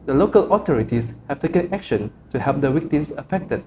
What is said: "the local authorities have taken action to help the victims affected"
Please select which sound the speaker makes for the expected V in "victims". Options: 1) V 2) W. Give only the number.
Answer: 2